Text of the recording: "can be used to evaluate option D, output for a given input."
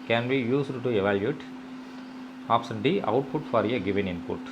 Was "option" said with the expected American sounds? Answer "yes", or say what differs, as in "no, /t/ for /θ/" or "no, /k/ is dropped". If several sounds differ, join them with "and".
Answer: no, /s/ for /ʃ/